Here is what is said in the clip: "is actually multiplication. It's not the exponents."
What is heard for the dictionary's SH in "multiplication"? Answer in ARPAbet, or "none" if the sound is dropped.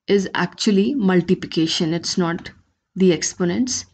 SH